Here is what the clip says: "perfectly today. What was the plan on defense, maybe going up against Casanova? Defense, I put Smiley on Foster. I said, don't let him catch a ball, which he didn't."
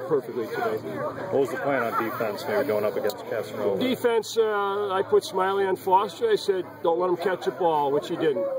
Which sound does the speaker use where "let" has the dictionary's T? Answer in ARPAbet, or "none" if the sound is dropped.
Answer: T